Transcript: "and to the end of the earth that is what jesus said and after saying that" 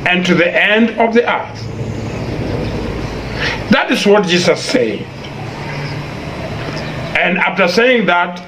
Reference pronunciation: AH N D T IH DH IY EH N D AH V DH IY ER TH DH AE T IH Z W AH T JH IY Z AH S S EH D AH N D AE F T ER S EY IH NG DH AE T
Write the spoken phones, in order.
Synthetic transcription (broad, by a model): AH N T IH DH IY EH N D AH V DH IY ER TH DH AE T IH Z W AH T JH IY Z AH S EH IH AH N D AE F T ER S EY IH NG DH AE T